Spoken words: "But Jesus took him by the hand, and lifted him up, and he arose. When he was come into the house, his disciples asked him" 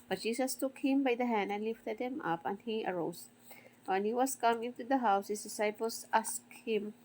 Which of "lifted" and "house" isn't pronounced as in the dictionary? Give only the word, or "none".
none